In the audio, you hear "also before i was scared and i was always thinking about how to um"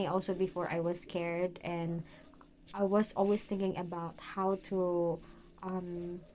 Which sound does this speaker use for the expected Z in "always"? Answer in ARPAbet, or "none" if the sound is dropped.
S